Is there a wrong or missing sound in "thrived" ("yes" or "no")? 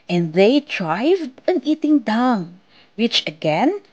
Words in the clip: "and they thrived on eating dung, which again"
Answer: yes